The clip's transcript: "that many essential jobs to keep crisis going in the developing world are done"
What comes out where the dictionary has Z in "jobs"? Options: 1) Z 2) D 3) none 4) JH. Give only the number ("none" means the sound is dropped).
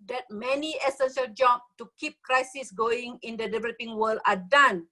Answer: 3